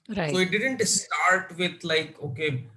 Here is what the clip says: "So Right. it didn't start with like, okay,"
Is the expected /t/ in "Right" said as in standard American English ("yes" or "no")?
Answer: no